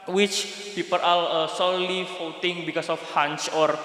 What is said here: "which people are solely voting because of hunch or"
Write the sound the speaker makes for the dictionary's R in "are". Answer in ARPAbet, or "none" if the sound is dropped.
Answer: L